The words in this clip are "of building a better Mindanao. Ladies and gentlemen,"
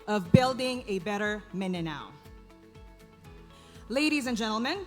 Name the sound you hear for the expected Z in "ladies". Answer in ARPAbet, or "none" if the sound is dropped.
Z